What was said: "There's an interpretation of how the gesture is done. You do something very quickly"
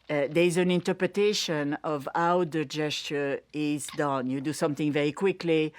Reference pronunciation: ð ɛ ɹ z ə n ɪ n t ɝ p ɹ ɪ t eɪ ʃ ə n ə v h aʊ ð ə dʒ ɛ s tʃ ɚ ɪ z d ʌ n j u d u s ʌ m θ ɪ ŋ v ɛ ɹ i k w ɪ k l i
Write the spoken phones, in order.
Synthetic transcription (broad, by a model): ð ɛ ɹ z ə n ɪ n t ɝ p ɹ ɪ t eɪ ʃ ə n ə v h aʊ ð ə dʒ ɛ s tʃ ɚ ɪ z d ʌ n j u d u s ʌ m θ ɪ ŋ v ɛ ɹ i k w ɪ k l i